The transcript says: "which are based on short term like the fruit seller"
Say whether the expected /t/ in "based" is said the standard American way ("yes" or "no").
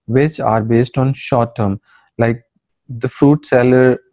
yes